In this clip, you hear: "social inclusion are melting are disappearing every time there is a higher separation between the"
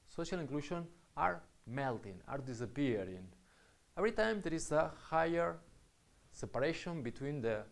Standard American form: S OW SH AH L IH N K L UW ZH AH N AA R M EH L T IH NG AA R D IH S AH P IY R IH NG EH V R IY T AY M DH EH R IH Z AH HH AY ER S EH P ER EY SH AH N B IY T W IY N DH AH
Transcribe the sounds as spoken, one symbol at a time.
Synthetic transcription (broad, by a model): S OW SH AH L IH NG K L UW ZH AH N AA R M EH L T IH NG AA R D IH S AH P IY R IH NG EH V R IY T AY M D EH R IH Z AH HH AY ER S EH P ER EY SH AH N B IY T W IY N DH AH